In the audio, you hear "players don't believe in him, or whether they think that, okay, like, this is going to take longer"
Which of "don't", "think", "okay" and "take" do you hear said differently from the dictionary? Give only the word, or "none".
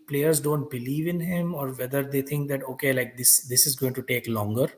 think